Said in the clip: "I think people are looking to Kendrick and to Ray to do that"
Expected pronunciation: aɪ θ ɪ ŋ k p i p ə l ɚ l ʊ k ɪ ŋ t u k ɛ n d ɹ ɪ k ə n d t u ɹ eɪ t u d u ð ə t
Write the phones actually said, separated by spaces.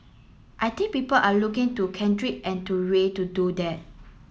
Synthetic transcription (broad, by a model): aɪ t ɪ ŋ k p i p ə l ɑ l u k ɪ ŋ t u k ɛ n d ɹ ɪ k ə n t u ɹ eɪ t u d u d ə t